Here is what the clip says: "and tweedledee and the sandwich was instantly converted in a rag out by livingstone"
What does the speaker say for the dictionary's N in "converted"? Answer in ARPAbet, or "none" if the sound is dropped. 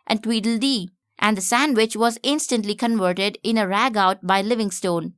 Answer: N